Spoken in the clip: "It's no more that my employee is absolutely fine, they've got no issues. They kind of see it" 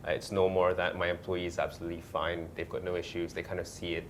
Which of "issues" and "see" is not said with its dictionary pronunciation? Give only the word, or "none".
none